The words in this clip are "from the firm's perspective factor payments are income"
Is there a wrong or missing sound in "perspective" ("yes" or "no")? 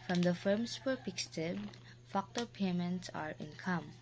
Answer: yes